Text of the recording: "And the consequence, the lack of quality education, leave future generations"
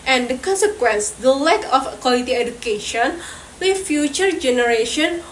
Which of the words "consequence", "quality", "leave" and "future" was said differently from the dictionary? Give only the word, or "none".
leave